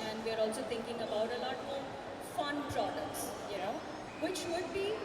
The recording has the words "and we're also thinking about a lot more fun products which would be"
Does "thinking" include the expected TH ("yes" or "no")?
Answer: no